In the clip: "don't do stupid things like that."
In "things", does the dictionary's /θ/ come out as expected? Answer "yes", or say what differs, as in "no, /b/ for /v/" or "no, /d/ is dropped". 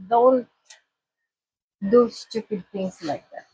no, /t/ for /θ/